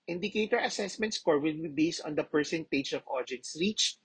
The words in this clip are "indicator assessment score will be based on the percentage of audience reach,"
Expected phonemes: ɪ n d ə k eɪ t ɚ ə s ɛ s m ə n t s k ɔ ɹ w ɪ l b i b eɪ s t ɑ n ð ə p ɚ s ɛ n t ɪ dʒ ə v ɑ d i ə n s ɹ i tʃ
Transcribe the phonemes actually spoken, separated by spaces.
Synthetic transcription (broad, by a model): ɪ n d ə k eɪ t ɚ ə s ɛ s m ə n t s k ɔ ɹ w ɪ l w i b eɪ s t ɑ n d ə p ɚ s ɛ n t ɪ dʒ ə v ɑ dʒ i n s ɹ i tʃ